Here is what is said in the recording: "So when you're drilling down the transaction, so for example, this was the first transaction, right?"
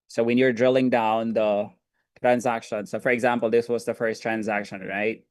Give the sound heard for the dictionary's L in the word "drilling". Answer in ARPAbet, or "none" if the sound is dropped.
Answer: L